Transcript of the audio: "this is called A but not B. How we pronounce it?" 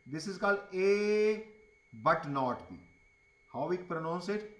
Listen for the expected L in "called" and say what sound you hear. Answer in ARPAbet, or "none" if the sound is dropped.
L